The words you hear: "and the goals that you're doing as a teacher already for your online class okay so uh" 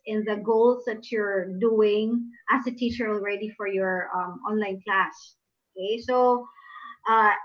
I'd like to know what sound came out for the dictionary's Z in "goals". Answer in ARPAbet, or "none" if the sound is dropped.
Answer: S